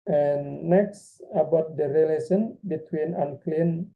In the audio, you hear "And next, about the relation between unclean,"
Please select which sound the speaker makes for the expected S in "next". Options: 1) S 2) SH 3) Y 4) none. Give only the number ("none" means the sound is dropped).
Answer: 1